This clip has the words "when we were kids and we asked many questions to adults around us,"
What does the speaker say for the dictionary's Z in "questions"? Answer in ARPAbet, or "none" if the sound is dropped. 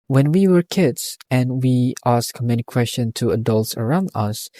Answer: none